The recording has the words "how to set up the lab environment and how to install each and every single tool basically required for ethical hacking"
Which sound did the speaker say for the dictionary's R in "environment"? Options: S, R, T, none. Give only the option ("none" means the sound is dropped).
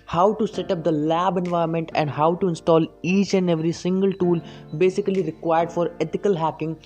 none